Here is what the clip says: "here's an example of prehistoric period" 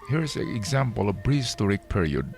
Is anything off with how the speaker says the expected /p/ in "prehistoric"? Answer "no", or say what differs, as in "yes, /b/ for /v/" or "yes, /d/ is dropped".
yes, /b/ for /p/